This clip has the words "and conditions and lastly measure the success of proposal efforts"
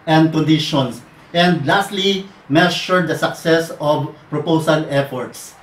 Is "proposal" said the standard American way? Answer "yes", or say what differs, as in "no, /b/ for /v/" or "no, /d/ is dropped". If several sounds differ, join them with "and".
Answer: no, /s/ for /z/